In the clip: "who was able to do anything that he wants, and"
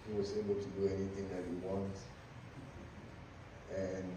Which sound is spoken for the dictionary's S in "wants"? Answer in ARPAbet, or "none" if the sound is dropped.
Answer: none